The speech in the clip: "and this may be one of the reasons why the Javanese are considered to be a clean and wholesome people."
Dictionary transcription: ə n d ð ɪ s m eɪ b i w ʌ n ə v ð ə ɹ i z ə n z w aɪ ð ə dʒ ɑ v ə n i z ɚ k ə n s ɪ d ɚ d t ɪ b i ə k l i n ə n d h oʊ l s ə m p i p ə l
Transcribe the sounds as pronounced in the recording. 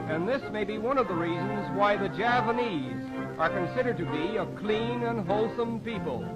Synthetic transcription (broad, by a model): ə n ð ɪ s m eɪ b i w ʌ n ə v ð ə ɹ i z ə n z w aɪ ð ə dʒ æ p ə n i z ɚ k ə n s ɪ d ɚ d t ɪ b i ə k l i n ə n h oʊ l s ə m p i p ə l